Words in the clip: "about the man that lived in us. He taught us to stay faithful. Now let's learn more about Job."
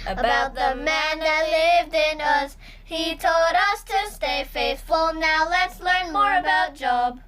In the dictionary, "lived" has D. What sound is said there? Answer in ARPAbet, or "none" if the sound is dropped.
D